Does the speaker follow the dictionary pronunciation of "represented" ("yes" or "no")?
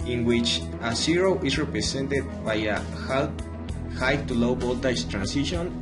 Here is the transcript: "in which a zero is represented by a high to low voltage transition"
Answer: no